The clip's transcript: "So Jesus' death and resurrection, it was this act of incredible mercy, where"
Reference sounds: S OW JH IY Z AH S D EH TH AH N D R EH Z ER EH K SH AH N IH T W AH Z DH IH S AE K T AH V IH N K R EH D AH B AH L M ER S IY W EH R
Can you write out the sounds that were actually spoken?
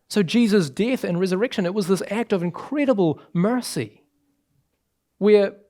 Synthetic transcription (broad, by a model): S OW JH IY Z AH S D EH TH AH N R EH Z ER EH K SH AH N IH T W AH Z DH IH S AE K T AH V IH N K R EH D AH B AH L M ER S IY W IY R